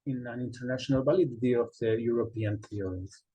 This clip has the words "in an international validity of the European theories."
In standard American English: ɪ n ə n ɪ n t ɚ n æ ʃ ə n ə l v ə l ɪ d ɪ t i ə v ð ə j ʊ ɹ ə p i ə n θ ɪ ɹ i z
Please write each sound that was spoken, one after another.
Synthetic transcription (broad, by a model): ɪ n ə n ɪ n t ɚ n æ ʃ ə n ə l b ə l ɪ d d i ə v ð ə j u ɹ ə p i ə n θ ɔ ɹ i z